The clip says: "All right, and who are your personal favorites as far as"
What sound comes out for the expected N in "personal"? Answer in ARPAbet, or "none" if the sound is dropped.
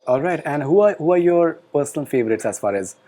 L